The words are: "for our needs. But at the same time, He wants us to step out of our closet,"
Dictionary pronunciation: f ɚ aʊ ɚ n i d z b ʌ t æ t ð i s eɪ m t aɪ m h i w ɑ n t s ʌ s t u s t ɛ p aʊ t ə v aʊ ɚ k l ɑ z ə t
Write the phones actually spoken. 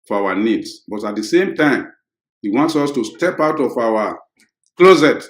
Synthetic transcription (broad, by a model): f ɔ aʊ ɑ n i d s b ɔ t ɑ t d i s eɪ m t aɪ m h i w ɑ n t s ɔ s t u s t ɛ p aʊ t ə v aʊ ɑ k l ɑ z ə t